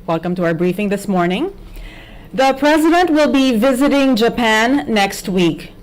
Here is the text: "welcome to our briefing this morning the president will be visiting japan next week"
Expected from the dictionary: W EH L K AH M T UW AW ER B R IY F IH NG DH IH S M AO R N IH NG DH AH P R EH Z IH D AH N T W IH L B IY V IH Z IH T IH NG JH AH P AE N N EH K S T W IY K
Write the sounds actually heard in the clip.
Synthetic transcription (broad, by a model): W EH L K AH M T UW AW ER B R IY F IH NG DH IH S M AO R N IH NG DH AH P R EH Z IH D AH N T W IH L B IY V IH Z IH T IH NG JH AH P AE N N EH K S T W IY K